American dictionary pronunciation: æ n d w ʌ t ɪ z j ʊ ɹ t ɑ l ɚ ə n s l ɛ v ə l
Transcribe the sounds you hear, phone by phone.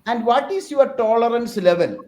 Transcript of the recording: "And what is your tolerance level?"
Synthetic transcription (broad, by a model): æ n d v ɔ t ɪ s j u ɹ t ɑ l ɚ ə n s l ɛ v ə l